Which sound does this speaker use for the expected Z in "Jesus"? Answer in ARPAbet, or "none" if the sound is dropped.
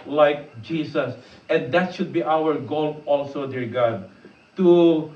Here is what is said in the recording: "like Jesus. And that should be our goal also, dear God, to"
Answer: S